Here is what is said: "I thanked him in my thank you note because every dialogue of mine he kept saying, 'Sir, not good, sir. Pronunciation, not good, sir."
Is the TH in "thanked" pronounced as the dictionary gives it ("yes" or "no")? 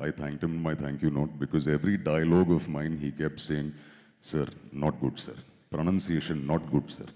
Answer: no